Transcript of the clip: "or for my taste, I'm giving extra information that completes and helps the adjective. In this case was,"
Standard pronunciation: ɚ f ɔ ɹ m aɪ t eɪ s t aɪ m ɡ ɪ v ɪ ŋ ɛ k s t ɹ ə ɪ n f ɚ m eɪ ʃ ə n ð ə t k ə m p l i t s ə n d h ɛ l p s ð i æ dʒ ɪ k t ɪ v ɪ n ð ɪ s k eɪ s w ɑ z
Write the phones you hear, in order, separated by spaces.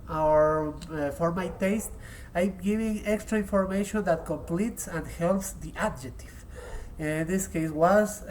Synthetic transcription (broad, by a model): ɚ f ɔ ɹ m aɪ t eɪ s t aɪ m ɡ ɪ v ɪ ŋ ɛ k s t ɹ ə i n f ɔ m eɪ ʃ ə n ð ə t k ə m p l i t s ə n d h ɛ l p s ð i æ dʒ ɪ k t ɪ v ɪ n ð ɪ s k eɪ s w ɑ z